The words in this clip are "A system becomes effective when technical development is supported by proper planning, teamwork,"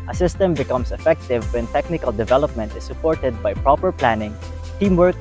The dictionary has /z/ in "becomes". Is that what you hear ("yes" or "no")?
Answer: no